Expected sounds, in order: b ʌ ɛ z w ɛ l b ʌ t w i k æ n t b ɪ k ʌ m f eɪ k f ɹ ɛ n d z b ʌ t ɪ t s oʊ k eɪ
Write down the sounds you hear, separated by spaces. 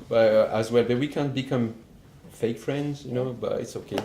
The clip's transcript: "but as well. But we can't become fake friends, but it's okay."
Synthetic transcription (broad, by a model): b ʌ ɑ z w ɛ l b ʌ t w i k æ n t b ɪ k ʌ m f eɪ k f ɹ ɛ n d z b ʌ t ɪ t s oʊ k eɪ